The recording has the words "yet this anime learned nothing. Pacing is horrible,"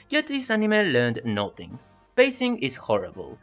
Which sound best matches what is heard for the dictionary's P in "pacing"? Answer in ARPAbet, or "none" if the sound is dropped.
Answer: B